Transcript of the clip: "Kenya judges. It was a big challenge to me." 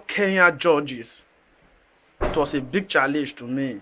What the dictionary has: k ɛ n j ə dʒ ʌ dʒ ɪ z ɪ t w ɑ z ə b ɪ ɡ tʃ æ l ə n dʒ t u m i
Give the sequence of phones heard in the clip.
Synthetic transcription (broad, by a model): k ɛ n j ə dʒ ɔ dʒ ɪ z t w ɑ s ə b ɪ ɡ tʃ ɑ l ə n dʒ t u m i